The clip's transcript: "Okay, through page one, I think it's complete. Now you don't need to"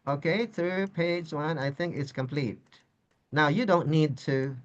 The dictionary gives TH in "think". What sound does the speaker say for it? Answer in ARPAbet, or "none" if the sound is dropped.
TH